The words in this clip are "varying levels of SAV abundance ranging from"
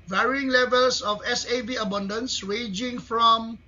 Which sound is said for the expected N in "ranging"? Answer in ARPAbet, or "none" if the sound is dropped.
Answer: none